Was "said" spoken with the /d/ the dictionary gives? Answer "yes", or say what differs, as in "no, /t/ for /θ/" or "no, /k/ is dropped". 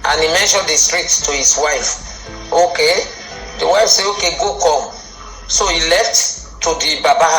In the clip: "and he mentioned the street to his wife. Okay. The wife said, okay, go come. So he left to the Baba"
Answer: no, /d/ is dropped